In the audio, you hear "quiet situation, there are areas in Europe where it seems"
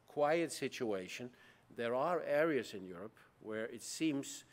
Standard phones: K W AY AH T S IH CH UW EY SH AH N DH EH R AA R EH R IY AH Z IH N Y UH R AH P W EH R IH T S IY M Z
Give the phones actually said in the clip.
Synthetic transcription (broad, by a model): K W AY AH T S IH CH UW EY SH AH N DH EH R AA R EH R IY AH Z IH N Y UH R AH P W EH R IH T S IY M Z